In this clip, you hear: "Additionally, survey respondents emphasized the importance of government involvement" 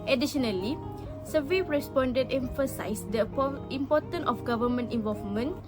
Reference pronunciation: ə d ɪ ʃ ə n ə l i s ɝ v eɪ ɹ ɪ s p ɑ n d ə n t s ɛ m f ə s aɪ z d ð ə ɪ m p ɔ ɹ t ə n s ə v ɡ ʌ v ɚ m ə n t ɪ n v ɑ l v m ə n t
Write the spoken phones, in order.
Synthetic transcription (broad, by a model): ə d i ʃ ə n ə l i s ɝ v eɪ ɹ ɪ s p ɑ n d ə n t ɛ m f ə s aɪ s d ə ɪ m p ɔ t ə n ə f ɡ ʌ v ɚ m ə n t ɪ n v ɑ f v m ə n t